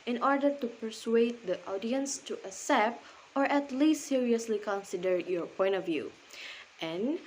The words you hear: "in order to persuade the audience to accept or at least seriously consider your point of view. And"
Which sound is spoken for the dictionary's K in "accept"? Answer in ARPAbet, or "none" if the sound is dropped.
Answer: none